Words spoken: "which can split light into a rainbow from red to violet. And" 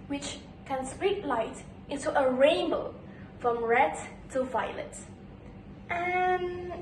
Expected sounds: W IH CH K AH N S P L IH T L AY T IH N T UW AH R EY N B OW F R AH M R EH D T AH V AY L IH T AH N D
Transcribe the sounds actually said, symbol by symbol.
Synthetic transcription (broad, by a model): W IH CH K AH N S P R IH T L AY T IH N T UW AH R EY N B OW F R AH M R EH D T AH V AY L IH T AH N